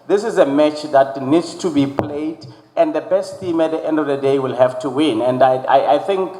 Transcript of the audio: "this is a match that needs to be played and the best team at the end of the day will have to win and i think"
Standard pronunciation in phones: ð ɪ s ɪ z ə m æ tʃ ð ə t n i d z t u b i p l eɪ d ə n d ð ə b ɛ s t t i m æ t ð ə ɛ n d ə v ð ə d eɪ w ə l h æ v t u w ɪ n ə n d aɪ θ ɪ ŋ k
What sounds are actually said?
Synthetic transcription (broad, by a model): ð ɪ s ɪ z ə m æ tʃ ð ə t n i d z t u b i p l eɪ d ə n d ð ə b ɛ s t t i m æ t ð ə ɛ n d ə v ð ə d eɪ w ə l h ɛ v t u w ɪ n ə n d aɪ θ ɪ ŋ k